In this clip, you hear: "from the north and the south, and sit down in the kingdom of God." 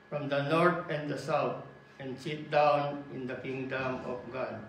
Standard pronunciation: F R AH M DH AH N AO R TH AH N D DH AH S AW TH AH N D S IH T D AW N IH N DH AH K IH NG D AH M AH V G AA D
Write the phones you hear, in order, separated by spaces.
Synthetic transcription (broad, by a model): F R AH M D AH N AO R T AH N D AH S AW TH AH N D S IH T D AW N IH N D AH K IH NG D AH M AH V G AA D